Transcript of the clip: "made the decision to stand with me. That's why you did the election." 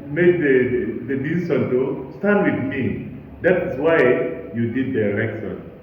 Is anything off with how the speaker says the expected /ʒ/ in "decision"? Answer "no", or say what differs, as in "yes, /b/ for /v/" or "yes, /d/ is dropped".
yes, /s/ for /ʒ/